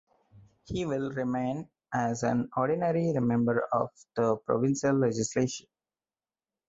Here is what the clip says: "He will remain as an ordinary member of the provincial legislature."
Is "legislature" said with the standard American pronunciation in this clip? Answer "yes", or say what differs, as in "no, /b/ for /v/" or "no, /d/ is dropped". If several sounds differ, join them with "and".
no, /ʃ/ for /tʃ/